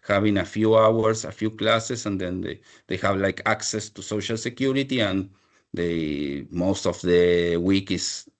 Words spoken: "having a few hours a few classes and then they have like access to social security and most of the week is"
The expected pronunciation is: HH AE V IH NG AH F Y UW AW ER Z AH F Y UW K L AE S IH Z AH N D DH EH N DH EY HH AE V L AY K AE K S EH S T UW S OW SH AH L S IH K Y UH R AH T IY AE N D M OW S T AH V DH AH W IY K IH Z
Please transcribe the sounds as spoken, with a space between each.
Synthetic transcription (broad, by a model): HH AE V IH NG AH F Y UW AW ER S AH F Y UW K L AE S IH S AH N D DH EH N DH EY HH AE V L AY K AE K S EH S T UW S OW SH AH L S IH K Y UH R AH T IY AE N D M OW S T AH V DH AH W IY K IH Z